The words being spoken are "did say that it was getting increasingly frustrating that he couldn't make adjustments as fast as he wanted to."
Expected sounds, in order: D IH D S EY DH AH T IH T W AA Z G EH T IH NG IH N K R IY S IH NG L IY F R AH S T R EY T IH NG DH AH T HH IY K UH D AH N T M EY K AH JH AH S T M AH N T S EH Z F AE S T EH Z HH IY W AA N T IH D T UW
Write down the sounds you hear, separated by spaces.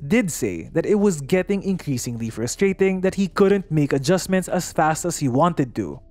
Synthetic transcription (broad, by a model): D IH D S EY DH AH T IH T W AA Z G EH T IH NG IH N K R IY S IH NG L IY F R AH S T R EY T IH NG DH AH T HH IY K UH D AH N T M EY K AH JH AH S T M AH N T S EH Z F AE S T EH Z HH IY W AA N T IH D T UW